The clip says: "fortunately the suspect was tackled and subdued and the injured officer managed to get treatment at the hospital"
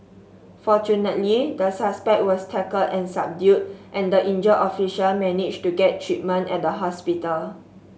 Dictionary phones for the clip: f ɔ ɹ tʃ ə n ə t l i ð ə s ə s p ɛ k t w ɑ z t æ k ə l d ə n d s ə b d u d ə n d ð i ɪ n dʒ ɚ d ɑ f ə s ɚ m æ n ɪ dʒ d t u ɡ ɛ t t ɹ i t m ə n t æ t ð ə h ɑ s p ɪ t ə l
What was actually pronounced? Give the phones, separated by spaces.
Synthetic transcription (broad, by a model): f ɔ tʃ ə n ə t l i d ə s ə s p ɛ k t w ɑ s t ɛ k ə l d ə n s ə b d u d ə n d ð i n dʒ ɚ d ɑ f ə ʃ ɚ m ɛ n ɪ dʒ t u ɡ ɛ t t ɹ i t m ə n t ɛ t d ə h ɑ s p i t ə l